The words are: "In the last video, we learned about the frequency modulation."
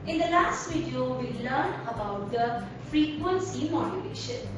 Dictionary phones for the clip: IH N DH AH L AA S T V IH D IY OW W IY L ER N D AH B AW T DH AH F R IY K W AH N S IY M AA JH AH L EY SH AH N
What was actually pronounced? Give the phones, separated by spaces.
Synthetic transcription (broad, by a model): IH N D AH L AA S T V IH D IY OW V IY L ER N AH B AW T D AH F R IY K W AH N S IY M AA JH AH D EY SH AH N